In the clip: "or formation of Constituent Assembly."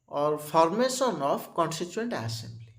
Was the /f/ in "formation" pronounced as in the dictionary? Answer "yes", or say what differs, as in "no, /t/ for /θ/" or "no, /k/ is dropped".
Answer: no, /p/ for /f/